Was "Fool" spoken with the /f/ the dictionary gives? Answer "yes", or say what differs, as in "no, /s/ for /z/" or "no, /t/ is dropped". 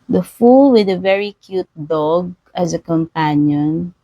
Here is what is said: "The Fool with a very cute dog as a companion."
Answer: yes